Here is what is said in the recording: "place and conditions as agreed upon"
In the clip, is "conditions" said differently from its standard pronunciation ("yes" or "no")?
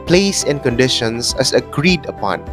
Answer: yes